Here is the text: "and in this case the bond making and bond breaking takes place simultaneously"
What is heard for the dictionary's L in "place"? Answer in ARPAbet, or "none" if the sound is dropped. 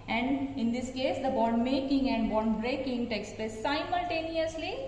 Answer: none